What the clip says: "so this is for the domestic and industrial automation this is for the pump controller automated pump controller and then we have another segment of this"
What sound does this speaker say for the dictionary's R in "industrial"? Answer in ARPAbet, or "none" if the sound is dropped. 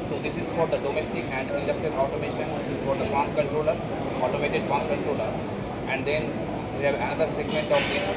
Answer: none